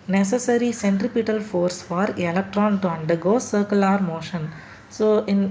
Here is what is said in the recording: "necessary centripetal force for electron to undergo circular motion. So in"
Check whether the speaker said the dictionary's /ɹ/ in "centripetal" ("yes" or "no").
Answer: yes